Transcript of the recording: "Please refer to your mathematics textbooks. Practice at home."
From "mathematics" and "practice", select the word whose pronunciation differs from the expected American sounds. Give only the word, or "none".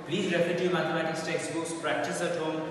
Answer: mathematics